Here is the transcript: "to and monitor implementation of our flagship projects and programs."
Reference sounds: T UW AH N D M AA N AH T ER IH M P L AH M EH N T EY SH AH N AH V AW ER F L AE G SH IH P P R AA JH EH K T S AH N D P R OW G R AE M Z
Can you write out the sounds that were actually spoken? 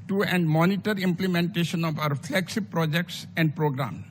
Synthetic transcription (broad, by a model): T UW AH N D M AA N AH T ER IH M P L AH M EH N T EY SH AH N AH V AW ER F L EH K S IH B P R AA JH EH K T S AH N D P R OW G R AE M